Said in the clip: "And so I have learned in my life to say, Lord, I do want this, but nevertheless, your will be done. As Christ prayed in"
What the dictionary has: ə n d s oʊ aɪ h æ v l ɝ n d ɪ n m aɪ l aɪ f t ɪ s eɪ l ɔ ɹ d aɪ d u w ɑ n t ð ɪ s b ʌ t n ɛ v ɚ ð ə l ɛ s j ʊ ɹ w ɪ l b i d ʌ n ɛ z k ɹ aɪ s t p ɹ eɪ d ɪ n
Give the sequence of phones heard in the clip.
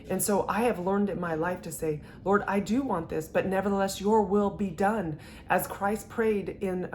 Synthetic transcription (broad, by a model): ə n s oʊ aɪ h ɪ v l ɝ n d ɪ n m aɪ l aɪ f t ɪ s eɪ l ɔ ɹ d aɪ d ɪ w ɑ n ð ɪ s b ʌ t n ɛ v ɚ ð ə l ɛ s j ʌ ɹ w ɪ l b i d ʌ n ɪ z k ɹ aɪ s t p ɹ eɪ d ɪ n